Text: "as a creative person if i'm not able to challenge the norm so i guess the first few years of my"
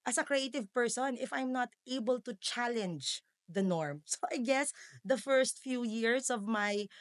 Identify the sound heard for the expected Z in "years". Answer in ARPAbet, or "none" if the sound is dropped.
S